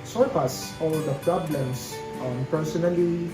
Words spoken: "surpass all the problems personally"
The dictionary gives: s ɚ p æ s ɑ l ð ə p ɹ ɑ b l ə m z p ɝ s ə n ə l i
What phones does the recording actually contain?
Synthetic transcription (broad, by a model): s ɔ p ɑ s ɑ l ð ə p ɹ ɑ b l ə m s p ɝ s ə n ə l i